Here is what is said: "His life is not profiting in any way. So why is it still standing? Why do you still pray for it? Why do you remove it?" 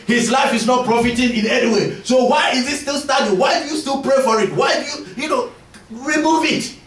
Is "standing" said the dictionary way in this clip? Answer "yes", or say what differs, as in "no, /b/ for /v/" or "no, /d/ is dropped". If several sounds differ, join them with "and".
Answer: no, /n/ is dropped